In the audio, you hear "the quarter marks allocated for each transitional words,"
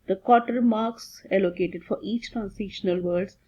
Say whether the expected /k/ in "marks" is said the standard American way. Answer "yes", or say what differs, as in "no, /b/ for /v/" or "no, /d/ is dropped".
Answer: yes